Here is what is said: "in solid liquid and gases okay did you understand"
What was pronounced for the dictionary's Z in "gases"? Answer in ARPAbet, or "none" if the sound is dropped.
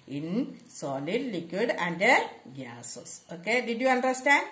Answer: S